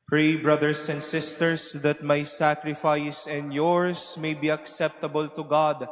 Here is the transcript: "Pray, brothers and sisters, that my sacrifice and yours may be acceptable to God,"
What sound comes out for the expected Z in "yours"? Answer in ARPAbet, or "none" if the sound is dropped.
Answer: S